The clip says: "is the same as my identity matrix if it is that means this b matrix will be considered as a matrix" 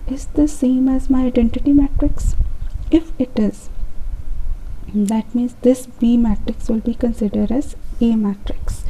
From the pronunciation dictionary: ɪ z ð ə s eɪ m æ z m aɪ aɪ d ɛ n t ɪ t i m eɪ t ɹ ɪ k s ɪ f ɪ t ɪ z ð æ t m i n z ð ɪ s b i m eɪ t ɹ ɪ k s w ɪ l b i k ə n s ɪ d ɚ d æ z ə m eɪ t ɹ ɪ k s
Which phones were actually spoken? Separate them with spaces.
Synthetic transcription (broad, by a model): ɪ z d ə s eɪ m æ z m aɪ aɪ d ɛ n t ɪ t i m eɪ t ɹ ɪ k s ɪ f ɪ t ɪ z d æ t m i n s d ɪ s b i m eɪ t ɹ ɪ k s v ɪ l b i k ə n s ɪ d ɚ d æ z ə m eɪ t ɹ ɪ k s